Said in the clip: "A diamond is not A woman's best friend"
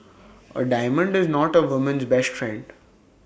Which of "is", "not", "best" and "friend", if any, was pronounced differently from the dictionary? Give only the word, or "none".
none